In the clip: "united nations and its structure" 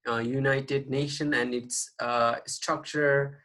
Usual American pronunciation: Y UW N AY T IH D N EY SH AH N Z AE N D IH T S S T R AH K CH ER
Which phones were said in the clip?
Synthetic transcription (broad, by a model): Y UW N AY T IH D N EY SH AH N AE N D IH T S S T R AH K CH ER